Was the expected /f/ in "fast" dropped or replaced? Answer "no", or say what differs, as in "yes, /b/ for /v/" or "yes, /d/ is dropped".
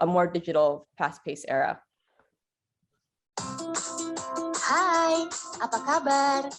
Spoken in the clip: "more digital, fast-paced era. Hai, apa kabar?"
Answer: yes, /p/ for /f/